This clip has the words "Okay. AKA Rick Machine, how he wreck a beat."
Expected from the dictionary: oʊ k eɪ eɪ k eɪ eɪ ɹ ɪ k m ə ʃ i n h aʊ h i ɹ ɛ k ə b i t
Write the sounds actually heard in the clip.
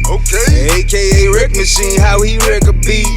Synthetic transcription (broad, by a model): oʊ k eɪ eɪ k eɪ eɪ ɹ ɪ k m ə s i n h aʊ h i ɹ ɛ k ə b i